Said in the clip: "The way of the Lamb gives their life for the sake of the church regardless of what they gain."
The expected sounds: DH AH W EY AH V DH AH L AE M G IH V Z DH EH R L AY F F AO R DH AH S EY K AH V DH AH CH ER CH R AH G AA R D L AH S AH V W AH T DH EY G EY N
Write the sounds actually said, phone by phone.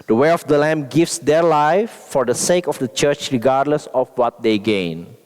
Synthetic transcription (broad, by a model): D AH W EY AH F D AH L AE M G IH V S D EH R L AY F F AO R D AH S EY K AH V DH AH CH ER CH R AH G AA R D L AH S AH F W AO T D EY G EY N